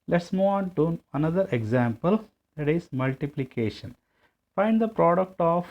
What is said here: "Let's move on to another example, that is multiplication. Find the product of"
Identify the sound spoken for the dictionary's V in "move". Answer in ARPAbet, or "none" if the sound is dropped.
none